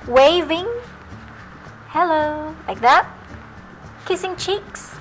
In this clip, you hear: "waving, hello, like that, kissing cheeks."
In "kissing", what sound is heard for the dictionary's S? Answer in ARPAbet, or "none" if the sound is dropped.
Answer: S